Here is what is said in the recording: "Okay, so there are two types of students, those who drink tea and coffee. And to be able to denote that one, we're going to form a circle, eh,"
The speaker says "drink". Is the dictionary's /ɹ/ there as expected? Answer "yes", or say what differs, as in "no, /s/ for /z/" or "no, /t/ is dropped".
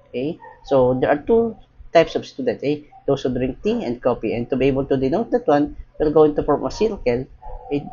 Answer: yes